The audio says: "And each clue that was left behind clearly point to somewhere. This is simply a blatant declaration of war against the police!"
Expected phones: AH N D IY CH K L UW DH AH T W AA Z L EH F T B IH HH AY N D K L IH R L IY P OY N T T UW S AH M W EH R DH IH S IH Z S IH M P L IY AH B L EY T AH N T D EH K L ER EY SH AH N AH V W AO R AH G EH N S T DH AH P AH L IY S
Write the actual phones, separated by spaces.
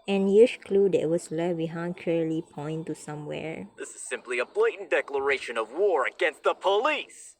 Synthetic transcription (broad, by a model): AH N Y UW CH K L UW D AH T W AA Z L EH T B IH HH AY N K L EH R L IY P OY N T T UW S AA M W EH R DH IH S IH Z S IH M P L IY AH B L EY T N D EH K L ER EY SH AH N AH V W AO R AH G EH N S T DH AH P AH L IY S